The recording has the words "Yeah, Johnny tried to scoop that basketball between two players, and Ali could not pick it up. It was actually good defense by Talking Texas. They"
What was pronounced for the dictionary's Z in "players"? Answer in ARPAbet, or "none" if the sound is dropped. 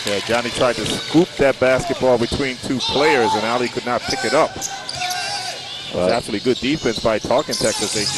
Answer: Z